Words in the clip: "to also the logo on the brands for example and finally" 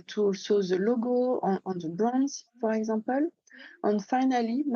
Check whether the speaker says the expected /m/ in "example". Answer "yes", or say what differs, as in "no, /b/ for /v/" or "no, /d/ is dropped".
no, /m/ is dropped